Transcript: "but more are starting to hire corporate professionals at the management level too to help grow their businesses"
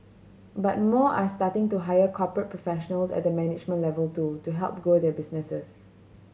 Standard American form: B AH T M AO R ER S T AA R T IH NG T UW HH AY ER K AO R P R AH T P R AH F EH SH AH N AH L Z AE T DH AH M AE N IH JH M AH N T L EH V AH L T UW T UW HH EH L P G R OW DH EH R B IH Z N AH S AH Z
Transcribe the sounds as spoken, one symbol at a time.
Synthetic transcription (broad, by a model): B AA T M AO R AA S T AA T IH NG T UW HH AY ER K AO P R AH T P R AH F EH SH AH N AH L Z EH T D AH M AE N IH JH M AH N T L EH V AH L T UW T UW HH EH L P G OW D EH B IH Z N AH S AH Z